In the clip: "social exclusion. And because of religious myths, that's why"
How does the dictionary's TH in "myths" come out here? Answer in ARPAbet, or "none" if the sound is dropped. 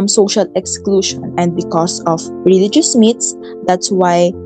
T